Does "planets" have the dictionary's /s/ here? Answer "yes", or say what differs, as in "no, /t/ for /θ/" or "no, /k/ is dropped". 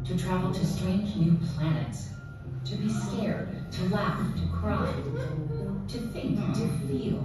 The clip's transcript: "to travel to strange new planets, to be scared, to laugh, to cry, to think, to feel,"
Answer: yes